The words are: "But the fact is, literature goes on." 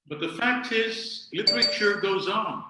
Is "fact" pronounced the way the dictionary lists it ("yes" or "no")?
yes